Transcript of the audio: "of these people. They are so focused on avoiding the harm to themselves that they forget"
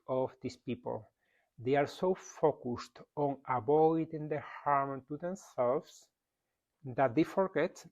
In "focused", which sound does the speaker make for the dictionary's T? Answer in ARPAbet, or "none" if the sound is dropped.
T